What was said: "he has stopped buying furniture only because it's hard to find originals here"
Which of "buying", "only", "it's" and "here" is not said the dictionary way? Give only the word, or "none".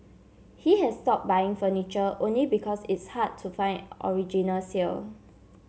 here